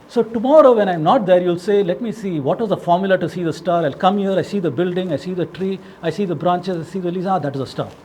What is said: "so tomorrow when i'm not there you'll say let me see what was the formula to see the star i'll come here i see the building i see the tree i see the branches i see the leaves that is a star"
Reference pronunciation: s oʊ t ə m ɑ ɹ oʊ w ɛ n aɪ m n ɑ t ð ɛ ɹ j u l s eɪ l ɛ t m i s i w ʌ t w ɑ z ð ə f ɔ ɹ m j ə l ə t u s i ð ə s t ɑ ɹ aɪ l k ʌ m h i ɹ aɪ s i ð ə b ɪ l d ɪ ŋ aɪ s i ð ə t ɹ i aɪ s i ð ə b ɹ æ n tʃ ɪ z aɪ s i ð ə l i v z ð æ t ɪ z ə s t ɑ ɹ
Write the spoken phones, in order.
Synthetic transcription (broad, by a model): s oʊ t ə m ɑ ɹ oʊ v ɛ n aɪ m n ɑ t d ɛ ɹ j u l s eɪ l ɛ t m i s i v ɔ t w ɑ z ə f ɔ ɹ m j l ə t u s i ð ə s t ɑ ɹ aɪ l k ʌ m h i ɹ aɪ s i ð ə b ɪ l d ɪ ŋ aɪ s i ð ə t ɹ i aɪ s i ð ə b ɹ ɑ n tʃ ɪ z aɪ s i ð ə l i z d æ t ɪ z ə s t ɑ ɹ